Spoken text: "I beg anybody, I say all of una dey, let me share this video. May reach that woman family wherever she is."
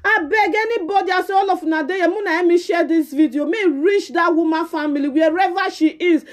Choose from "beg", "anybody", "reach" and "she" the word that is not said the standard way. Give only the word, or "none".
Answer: none